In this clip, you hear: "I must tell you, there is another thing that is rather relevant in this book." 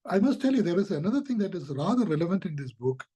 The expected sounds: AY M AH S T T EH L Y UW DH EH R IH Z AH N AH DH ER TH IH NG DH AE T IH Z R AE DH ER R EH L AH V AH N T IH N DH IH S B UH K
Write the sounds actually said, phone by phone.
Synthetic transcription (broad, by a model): AY M AH S T T EH L Y UW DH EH R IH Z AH N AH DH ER T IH NG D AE T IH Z R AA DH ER R EH L AH V AH N T IH N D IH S B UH K